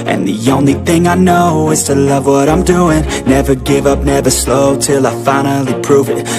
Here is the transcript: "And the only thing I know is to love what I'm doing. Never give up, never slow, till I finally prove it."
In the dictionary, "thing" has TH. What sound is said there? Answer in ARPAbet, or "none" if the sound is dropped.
TH